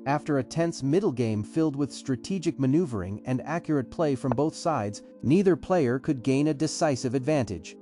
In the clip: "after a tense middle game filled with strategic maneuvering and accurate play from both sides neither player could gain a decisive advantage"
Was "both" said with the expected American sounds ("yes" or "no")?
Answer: yes